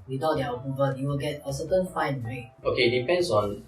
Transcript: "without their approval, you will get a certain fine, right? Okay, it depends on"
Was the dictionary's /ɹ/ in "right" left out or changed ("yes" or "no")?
yes